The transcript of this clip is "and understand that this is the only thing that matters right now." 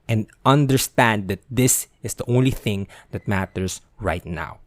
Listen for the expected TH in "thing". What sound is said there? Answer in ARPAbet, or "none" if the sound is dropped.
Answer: TH